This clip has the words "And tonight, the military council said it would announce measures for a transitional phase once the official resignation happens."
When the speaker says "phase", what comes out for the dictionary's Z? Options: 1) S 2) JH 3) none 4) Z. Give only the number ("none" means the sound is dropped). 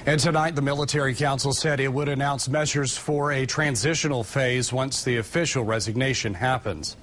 4